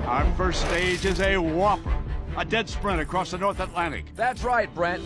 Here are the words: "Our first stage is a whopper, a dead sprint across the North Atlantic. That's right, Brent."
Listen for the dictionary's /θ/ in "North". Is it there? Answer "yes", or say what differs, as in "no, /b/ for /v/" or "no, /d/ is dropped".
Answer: yes